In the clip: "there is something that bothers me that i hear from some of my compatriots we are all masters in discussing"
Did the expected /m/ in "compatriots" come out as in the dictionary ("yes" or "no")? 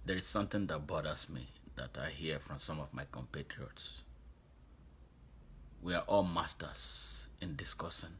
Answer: yes